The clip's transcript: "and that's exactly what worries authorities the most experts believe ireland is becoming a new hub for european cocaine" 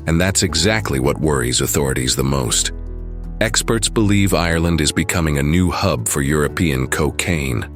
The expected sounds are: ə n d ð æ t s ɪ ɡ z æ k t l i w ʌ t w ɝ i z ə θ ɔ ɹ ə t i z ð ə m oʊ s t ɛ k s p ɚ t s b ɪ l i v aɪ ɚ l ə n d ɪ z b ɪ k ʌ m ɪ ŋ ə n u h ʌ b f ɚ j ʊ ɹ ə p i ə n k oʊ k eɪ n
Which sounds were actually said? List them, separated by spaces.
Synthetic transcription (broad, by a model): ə n ð æ t s ɪ ɡ z æ k t l i w ʌ t w ɝ i z ə θ ɔ ɹ ə t i z ð ə m oʊ s t ɛ k s p ɚ t s b ɪ l i v aɪ ɚ l ə n d ɪ z b ɪ k ʌ m ɪ ŋ ə n u h ʌ b f ɚ j ʊ ɹ ə p i ə n k oʊ k eɪ n